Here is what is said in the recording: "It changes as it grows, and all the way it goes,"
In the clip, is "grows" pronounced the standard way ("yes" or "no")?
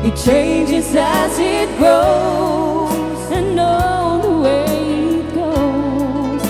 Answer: no